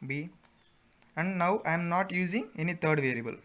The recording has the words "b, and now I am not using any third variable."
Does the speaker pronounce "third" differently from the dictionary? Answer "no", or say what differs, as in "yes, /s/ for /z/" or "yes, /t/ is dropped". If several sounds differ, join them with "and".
yes, /t/ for /θ/